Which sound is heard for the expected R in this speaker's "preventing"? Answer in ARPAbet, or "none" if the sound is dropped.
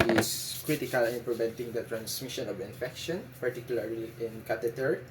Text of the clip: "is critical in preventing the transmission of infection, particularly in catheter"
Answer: L